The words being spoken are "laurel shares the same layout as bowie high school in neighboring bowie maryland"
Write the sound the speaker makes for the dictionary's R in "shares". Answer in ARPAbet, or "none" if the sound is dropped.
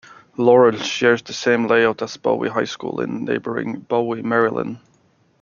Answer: R